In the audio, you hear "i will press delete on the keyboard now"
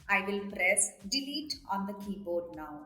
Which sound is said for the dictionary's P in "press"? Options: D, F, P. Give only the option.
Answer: P